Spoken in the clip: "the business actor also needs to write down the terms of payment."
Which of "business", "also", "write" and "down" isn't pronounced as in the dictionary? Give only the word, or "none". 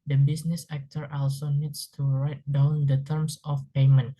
business